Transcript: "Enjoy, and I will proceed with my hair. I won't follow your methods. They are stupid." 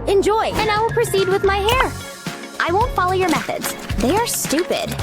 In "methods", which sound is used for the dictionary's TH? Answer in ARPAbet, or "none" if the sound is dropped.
TH